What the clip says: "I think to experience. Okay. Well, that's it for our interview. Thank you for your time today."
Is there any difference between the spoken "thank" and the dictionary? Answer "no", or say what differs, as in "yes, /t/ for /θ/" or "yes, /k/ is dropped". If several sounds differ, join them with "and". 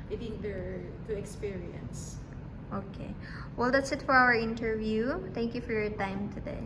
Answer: yes, /t/ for /θ/